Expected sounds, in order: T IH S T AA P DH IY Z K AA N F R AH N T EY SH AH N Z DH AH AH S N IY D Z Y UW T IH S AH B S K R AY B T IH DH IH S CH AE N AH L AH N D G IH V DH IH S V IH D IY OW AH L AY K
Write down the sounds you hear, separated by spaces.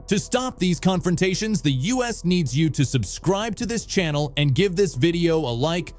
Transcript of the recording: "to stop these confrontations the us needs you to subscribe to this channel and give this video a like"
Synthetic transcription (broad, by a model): T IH S T AA P DH IY Z K AA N F R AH N T EY SH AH N Z DH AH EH S N IY D Z Y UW T IH S AH B S K R AY B T IH DH IH S CH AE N L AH N G IH V DH IH S V IH D IY OW AH L AY K